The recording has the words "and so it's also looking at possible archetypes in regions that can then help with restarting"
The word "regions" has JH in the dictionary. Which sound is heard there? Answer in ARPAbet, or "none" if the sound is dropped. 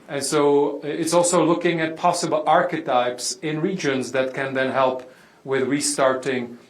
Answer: JH